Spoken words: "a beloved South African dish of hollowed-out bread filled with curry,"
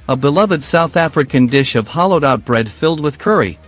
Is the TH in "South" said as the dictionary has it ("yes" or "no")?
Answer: yes